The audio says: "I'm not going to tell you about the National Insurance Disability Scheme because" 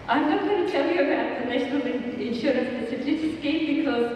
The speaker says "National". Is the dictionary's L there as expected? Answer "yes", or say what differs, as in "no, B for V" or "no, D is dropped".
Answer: no, N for L